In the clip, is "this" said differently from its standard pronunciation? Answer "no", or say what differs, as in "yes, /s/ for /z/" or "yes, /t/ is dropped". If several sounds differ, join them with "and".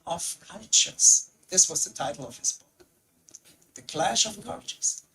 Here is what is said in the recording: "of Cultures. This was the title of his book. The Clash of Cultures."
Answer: no